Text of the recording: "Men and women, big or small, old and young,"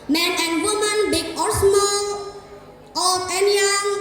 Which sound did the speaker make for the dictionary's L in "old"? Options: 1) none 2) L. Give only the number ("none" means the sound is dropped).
1